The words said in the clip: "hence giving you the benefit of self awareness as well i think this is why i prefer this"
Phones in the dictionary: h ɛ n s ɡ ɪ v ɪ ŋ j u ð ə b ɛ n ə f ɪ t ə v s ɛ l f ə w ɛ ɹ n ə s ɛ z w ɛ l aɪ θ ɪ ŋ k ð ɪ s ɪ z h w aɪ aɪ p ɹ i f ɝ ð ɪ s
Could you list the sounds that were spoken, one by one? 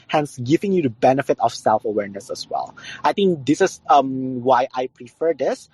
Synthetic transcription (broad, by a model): h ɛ n s ɡ ɪ v ɪ ŋ j u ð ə b ɛ n ə f ɪ t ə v s ɛ l f ə w ɛ ɹ n ə s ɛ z w ɛ l aɪ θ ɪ ŋ k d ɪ s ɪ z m w aɪ aɪ p ɹ i f ɝ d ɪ s